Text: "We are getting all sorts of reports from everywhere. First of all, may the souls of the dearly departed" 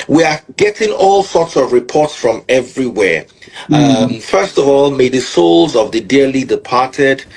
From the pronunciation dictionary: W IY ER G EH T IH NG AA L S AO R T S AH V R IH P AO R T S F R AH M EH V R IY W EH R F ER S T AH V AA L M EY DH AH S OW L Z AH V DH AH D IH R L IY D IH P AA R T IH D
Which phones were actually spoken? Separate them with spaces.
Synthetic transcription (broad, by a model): W IY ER G EH T IH NG AA L S AO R T S AH V R IH P AO R T S F R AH M EH V R IY W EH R F ER S T AH V AA L M EY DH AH S OW L Z AH V DH AH D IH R L IY D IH P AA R T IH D